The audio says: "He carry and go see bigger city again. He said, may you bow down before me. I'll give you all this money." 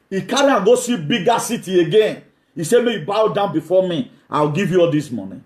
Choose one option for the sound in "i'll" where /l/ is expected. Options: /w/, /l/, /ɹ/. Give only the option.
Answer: /w/